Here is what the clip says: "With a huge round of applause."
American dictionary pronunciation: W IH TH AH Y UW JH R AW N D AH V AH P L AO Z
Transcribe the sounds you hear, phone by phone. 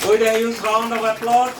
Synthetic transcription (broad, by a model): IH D AH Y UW Z R AW N D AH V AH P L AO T